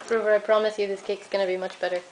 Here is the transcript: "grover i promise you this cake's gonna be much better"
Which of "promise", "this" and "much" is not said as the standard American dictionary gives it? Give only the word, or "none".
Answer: none